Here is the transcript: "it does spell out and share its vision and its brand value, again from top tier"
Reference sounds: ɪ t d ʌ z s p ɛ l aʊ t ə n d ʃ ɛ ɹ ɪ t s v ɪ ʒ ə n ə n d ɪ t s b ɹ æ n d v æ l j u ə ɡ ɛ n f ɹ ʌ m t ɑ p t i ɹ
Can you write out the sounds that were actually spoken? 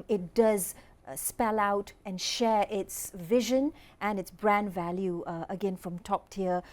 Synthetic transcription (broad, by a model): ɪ t d ʌ z s p ɛ l aʊ t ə n ʃ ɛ ɹ ɪ t s v ɪ ʒ ə n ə n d ɪ t s b ɹ æ n d v æ l j u ə ɡ ɛ n f ɹ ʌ m t ɑ p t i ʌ